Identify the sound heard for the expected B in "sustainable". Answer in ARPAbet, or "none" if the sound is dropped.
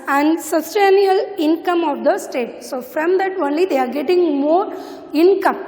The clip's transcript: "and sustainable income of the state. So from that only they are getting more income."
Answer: none